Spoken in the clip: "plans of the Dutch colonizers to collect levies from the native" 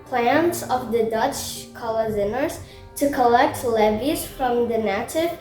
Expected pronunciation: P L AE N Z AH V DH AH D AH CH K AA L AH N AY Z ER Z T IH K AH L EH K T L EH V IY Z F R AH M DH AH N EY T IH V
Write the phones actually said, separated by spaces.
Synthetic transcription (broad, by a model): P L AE N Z AH V DH AH D AH CH K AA L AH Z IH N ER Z T IH K AH L EH K T L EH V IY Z F R AH M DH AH N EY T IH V